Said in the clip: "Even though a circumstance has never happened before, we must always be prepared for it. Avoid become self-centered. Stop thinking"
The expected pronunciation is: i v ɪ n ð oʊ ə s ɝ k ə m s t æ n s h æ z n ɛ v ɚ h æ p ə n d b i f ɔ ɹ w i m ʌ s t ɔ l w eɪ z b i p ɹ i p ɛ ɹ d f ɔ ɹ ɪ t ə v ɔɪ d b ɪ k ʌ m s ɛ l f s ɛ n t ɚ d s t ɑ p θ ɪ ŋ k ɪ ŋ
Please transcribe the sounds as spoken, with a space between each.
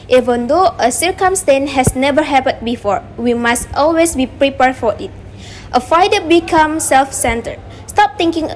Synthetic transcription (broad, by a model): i v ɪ n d oʊ ə s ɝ k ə m s t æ n h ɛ s n ɛ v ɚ h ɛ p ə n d b i f ɔ ɹ w i m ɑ s t ɔ l w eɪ s b i p ɹ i p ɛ ɹ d f ɔ ɹ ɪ t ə f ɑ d b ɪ k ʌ m s ɛ l f s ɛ n t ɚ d s t ɑ p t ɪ ŋ k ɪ ŋ